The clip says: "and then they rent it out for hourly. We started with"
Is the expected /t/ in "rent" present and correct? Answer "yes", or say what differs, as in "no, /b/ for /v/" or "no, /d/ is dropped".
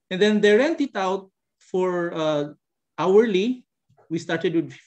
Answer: yes